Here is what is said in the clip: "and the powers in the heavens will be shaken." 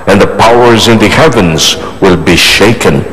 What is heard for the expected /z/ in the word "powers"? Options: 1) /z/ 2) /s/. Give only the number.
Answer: 1